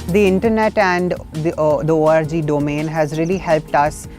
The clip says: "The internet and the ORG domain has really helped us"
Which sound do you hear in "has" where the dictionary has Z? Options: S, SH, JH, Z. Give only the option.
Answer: Z